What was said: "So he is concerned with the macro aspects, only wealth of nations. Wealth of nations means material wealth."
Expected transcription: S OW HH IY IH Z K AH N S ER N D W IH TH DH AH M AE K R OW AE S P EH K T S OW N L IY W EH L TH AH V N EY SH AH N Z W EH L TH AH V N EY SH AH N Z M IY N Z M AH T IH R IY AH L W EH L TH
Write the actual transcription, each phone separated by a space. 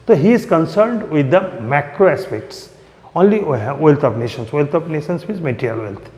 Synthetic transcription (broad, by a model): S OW HH IY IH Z K AH N S ER N D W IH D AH M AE K R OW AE S P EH K T S OW N L IY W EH L T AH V N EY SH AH N S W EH L T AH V N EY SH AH N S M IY Z M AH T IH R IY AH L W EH L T